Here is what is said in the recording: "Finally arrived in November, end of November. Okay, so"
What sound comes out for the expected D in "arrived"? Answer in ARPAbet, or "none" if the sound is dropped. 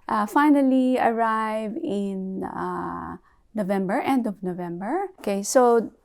none